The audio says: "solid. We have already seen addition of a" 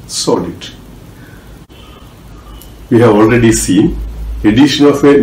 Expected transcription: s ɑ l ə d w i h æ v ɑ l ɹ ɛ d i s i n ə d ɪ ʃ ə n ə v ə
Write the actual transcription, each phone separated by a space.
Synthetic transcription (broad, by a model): s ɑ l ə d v i h æ v ɑ l ɹ ɛ d i s i n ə d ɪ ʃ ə n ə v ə